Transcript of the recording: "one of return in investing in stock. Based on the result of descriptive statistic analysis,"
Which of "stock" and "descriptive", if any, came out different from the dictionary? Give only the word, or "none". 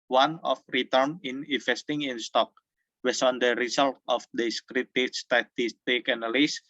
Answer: descriptive